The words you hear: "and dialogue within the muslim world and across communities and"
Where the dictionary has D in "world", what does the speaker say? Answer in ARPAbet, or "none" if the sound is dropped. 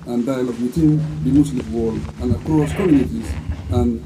none